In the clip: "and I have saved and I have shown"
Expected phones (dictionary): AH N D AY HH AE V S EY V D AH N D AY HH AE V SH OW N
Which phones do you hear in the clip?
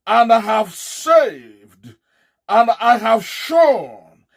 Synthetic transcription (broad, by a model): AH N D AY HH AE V S EY V D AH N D AY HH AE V SH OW N